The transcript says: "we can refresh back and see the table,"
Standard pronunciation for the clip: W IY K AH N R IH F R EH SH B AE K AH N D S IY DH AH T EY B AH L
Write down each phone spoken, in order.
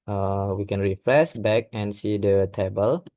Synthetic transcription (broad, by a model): W IY K AH N R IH F R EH S B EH K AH N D S IY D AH T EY B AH L